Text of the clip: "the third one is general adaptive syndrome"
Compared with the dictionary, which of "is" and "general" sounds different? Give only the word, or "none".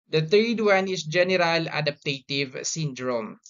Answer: is